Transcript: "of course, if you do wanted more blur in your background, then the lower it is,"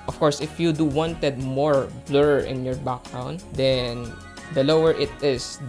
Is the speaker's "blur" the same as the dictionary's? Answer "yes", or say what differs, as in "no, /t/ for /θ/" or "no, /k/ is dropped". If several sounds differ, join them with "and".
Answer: yes